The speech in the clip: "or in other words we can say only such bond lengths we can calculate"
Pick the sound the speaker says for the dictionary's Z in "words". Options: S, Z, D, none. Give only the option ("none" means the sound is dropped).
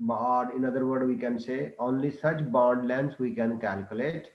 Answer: none